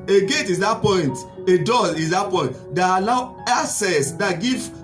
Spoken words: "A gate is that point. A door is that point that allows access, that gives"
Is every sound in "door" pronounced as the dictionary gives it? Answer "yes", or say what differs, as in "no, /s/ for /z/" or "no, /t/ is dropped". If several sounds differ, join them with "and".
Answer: no, /l/ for /ɹ/